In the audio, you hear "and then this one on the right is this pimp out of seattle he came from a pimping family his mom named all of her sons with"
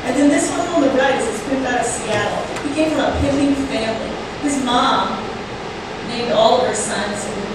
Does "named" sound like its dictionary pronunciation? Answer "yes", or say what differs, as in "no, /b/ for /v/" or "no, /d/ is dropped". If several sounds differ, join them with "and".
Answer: no, /m/ is dropped